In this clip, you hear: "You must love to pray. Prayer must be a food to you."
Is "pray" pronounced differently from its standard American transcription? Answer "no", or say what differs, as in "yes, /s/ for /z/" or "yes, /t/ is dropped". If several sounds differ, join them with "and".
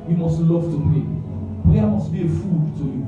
yes, /ɹ/ is dropped